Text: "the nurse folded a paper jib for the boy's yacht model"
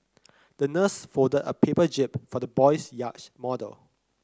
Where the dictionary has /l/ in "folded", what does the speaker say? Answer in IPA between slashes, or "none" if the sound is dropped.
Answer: none